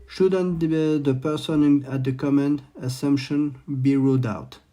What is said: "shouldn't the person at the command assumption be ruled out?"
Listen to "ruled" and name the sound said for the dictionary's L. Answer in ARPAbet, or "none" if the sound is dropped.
none